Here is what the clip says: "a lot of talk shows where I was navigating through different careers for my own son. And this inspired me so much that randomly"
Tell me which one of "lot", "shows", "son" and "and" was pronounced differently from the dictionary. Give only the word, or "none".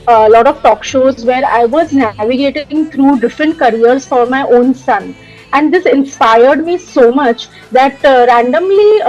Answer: none